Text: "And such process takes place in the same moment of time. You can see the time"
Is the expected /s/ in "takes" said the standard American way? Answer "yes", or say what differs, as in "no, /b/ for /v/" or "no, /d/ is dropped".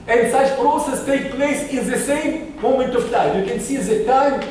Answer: no, /s/ is dropped